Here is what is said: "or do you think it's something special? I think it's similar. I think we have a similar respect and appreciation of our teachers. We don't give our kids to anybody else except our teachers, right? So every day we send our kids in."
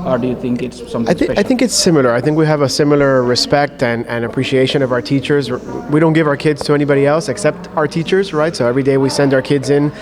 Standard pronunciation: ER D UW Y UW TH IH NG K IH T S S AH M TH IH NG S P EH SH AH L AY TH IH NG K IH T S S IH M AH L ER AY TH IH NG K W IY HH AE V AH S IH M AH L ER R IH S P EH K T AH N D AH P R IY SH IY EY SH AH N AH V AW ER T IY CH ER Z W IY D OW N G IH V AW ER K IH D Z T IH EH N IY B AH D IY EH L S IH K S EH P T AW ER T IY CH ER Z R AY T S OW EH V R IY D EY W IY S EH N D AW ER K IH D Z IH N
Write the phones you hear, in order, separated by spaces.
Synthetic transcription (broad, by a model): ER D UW Y UW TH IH NG K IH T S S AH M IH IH AH AY TH IH NG K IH T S S IH M L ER AY TH IH NG K W IY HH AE V AH S IH M L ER R IH S P EH K T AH N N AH P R IY SH IY EY SH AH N AH V AW ER T IY CH ER Z W IY D OW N G IH V AW ER K IH D Z T IH EH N IY B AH D IY EH L S IH K S EH P T AW ER T IY CH ER Z R AY T S OW EH V R IY D EY W IY S EH N D AW ER K IH D Z IH N